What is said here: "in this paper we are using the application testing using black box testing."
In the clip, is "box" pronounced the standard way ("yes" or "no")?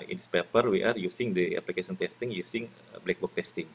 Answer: no